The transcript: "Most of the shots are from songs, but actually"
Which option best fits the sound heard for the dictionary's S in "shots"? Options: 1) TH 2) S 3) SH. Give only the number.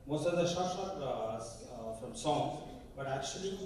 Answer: 3